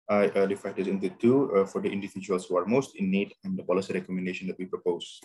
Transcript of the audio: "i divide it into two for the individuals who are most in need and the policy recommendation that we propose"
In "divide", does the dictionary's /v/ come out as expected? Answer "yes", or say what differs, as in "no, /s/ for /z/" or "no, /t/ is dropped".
no, /f/ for /v/